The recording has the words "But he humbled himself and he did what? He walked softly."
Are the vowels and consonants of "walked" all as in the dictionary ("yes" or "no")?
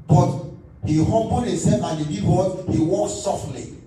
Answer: no